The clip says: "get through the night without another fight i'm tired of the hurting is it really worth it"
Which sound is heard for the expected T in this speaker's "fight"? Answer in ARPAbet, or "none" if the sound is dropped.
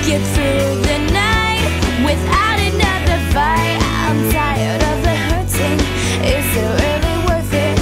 none